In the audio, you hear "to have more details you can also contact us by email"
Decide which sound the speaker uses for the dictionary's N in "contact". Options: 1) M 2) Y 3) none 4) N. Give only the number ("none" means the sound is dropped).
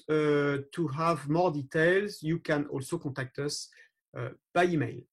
3